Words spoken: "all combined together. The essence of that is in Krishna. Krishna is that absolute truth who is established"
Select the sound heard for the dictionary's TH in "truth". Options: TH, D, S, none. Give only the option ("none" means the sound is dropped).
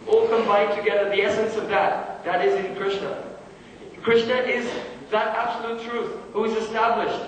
TH